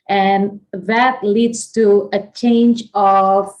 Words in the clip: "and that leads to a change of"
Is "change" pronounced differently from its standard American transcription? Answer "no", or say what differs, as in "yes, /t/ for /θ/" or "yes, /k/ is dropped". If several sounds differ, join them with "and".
no